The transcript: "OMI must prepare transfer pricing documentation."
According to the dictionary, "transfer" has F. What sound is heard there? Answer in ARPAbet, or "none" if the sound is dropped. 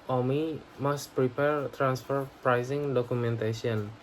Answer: F